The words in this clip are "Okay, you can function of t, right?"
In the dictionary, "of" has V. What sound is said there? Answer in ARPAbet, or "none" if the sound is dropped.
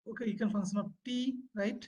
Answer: P